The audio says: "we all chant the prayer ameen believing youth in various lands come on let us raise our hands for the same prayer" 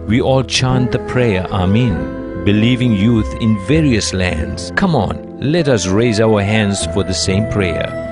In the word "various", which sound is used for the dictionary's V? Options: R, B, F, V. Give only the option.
V